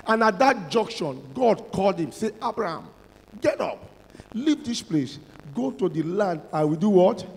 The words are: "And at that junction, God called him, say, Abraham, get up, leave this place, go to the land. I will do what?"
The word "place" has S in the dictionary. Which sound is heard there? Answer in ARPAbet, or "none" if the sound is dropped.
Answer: S